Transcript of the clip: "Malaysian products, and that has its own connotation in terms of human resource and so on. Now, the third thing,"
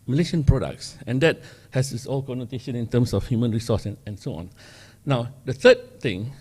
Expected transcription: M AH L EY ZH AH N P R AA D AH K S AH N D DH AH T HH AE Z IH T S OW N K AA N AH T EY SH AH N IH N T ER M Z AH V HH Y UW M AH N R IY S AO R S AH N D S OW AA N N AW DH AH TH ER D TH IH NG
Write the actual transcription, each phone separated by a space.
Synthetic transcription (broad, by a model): M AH L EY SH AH N P R AA D AH K S AH N D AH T HH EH S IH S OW L K AA N AH T EY SH AH N IH N T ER M S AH F HH Y UW M AH N R IY S AO S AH N S OW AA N N AW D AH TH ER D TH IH NG